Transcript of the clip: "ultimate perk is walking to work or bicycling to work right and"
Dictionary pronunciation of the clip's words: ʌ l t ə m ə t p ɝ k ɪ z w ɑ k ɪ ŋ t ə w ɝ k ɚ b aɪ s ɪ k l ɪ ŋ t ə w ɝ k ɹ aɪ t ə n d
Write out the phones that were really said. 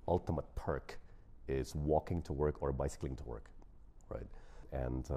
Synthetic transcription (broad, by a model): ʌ l t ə m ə t p ɝ k ɪ z w ɑ k ɪ ŋ t ə w ɝ k ɚ b aɪ s ɪ k l ɪ ŋ t ə w ɝ k ɹ aɪ t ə n